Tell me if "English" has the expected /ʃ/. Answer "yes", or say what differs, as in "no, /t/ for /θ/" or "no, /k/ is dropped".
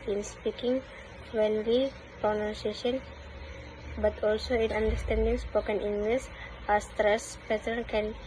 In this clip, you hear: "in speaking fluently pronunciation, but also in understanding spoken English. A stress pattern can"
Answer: no, /s/ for /ʃ/